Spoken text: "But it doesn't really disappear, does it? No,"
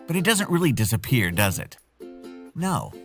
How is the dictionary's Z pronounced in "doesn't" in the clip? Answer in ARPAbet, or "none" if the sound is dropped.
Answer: Z